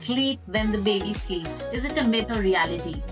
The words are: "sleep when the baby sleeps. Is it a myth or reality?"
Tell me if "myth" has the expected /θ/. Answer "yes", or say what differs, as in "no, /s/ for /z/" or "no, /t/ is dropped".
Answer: no, /t/ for /θ/